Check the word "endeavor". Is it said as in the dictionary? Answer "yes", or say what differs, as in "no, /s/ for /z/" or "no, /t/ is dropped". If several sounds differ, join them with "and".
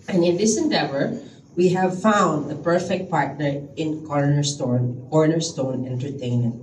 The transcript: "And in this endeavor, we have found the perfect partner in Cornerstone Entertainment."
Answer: yes